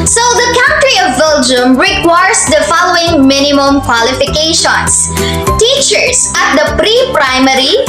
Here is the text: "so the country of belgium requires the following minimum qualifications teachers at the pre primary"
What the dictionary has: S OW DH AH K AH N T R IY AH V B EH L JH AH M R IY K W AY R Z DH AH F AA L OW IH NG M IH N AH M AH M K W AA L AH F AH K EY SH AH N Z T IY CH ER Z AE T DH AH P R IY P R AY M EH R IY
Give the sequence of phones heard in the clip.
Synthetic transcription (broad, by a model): S OW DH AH K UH N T R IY AH V B EH L JH AH M R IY K W AY R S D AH F AA L OW IH NG M IH N AH M AH M K W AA L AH F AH K EY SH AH N S T IY CH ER S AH T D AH P R IY P R AY M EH R IY